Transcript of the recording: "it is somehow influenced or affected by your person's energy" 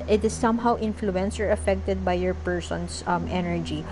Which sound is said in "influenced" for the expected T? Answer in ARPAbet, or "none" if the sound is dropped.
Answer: none